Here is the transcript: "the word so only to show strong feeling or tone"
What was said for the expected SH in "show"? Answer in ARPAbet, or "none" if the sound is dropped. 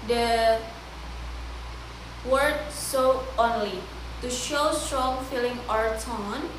SH